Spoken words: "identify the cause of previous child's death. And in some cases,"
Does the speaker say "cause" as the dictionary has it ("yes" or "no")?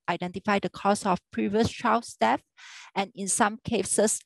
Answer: no